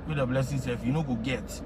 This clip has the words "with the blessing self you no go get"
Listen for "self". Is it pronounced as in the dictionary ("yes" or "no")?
no